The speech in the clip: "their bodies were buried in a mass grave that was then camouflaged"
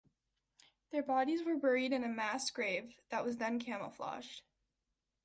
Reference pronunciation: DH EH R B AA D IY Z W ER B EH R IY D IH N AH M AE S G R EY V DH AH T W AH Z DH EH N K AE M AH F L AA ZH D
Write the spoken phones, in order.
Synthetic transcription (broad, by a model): DH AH R B AA D IY Z W ER B EH R IY D IH N AH M AE S G R EY V DH AH T W AH Z DH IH N K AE M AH F L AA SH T